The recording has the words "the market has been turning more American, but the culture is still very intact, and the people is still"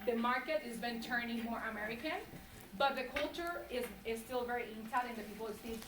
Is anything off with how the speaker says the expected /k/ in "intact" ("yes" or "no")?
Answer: yes